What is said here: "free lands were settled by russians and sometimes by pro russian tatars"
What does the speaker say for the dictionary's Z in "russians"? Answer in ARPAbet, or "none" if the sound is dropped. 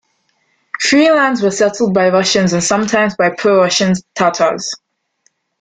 Z